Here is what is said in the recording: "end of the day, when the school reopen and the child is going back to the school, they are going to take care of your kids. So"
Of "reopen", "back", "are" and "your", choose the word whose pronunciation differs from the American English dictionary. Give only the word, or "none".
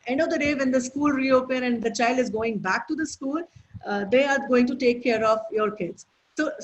none